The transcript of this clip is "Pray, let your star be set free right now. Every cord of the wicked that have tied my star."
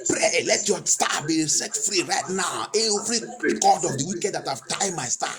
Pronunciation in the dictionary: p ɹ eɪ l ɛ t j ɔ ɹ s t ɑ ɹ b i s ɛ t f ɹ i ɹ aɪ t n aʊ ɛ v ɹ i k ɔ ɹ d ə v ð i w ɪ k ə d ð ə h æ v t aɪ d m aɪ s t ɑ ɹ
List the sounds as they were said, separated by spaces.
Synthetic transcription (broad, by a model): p ɹ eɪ l ɛ t j ɔ s t ɑ b i s ɛ t f ɹ i ɹ aɪ t n aʊ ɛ f ɹ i k ɔ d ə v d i w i k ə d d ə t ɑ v t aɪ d m aɪ s t ɑ